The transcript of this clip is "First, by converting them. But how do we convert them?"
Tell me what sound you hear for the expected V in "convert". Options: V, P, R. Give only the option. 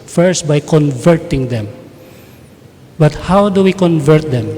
V